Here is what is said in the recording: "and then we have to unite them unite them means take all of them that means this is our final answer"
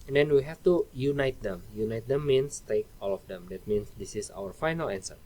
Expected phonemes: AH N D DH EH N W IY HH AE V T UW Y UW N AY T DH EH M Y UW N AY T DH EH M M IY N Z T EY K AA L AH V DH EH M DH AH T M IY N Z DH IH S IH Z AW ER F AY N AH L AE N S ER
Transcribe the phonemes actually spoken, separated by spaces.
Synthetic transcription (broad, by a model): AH N D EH N W IY HH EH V T UW Y UW N AY T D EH M Y UW N AY T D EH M M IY N S T EY K AA L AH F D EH M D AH T M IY N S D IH S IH S AW ER F AY N AH L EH N S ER